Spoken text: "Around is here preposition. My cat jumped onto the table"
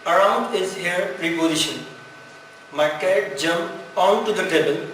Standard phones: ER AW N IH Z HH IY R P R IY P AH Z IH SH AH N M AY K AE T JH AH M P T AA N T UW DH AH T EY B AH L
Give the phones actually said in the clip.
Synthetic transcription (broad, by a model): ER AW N IH Z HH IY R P R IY P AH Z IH SH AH N M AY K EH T JH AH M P AA N T UW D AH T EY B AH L